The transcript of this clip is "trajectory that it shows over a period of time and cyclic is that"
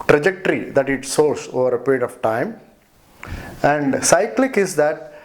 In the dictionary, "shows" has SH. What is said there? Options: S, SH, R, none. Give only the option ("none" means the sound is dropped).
S